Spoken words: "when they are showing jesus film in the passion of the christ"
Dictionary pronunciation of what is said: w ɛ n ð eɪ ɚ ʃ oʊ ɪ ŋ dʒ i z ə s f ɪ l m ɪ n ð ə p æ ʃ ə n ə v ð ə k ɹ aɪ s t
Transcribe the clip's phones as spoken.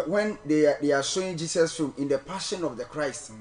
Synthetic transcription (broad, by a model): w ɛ n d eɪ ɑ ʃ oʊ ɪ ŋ dʒ i s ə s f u m ɪ n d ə p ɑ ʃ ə n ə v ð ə k ɹ aɪ s t